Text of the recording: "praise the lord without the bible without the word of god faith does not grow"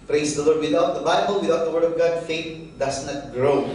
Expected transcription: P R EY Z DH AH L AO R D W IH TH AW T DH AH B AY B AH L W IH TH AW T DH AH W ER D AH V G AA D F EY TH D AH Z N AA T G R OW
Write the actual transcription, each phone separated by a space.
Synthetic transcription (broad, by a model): P R EY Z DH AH L AO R D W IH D AW T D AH B AY B AH L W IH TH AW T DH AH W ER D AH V G AA D F EY T D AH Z N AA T G R OW